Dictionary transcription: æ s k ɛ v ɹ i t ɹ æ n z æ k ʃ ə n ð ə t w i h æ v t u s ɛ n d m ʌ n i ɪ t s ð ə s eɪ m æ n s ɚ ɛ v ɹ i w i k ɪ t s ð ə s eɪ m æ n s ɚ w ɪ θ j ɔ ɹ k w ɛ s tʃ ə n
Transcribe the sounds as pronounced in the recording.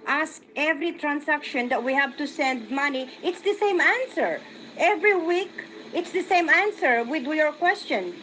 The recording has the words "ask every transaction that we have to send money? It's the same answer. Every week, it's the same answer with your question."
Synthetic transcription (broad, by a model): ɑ s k ɛ v ɹ i t ɹ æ n s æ k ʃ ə n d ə t w i h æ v t u s ɛ n d m ʌ n i ɪ t s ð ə s eɪ m æ n s ɚ ɛ v ɹ i w i k ɪ t s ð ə s eɪ m æ n s ɚ w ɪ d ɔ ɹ k w ɛ s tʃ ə n